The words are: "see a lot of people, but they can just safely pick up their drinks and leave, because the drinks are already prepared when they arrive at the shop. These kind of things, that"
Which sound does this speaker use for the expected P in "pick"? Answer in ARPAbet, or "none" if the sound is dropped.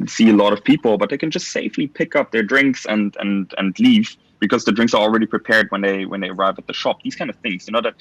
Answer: P